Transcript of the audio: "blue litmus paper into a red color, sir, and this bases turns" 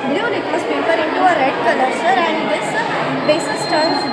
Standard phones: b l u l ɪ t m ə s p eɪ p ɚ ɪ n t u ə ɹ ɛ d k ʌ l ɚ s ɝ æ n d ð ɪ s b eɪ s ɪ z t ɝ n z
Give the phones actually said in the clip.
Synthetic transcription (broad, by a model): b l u n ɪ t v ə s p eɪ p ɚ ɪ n t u ə ɹ ɛ d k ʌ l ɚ s ɝ æ n d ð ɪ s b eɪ s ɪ s t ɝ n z